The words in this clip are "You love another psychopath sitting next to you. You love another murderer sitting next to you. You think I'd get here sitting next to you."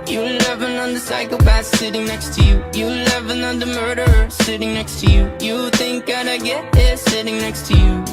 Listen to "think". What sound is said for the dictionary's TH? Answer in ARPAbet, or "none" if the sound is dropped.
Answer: TH